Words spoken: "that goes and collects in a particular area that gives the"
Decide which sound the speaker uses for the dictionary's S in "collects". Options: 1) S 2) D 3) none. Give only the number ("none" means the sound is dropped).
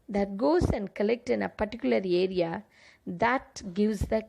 3